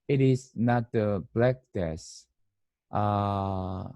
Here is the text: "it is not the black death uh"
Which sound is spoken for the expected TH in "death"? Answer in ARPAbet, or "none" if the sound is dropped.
S